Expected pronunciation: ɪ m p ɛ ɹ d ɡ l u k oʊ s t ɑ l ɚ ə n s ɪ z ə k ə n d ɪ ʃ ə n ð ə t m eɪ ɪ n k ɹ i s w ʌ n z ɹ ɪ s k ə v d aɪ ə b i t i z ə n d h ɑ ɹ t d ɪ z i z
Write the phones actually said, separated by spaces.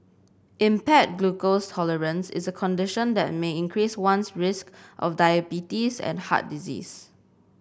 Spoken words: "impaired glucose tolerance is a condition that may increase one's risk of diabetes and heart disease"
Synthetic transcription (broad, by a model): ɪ m p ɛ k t ɡ l u k oʊ s t ɑ l ɚ ə n s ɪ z ə k ə n d ɪ ʃ ə n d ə t m eɪ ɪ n k ɹ i s w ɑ n s ɹ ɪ s k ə f d aɪ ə b i t i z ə n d h ɑ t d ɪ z i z